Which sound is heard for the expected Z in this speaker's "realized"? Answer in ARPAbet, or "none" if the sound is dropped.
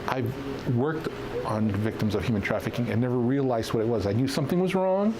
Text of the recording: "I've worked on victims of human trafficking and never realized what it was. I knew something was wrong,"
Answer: Z